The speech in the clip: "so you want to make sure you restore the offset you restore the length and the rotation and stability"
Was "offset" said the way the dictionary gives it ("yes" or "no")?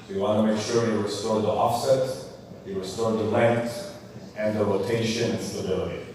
yes